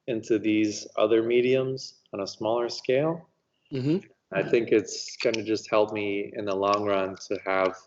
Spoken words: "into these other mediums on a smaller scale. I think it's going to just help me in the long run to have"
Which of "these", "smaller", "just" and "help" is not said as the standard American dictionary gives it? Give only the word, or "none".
none